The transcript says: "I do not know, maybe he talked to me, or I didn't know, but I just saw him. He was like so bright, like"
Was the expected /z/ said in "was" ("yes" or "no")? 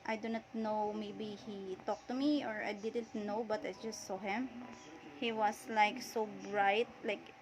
no